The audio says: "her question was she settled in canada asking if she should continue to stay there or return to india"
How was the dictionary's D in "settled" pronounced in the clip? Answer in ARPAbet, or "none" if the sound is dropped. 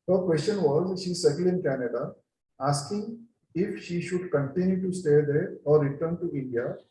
none